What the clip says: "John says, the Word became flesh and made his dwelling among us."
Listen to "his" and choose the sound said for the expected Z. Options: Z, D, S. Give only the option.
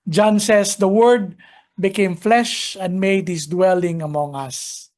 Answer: S